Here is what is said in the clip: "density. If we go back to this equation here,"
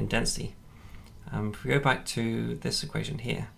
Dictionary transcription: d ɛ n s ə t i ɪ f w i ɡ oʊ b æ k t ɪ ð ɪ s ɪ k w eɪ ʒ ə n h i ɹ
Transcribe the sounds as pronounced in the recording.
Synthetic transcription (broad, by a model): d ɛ n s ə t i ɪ w i ɡ oʊ b æ k t ɪ ð ɪ s ɪ k w eɪ ʒ ə n h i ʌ